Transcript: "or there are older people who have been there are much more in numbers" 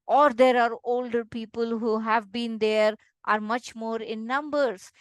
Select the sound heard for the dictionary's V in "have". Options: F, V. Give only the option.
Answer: V